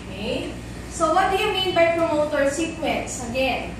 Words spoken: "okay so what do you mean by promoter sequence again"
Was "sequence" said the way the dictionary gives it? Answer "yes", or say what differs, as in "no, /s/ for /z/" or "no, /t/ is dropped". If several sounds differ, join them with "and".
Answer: yes